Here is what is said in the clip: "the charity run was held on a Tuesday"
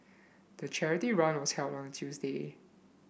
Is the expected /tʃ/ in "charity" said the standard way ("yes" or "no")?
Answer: yes